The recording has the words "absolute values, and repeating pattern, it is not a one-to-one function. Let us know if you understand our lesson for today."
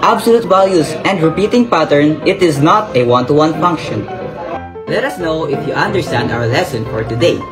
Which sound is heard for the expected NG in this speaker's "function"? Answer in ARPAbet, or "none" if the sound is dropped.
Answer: NG